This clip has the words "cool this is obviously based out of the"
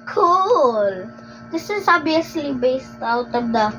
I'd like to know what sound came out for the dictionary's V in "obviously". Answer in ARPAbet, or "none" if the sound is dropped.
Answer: none